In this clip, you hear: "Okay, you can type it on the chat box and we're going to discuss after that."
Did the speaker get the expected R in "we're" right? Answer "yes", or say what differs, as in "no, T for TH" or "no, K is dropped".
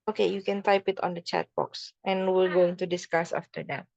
no, L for R